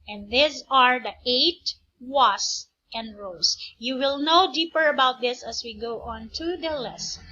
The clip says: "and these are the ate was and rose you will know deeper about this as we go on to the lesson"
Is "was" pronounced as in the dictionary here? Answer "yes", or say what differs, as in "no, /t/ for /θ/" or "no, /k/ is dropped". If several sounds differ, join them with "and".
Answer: no, /s/ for /z/